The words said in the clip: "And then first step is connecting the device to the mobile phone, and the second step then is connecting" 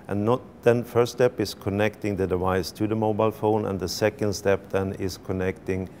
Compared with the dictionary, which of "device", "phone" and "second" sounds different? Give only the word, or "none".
none